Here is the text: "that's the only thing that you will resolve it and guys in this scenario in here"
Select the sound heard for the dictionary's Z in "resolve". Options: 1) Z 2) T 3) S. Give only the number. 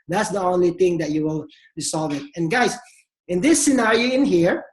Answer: 3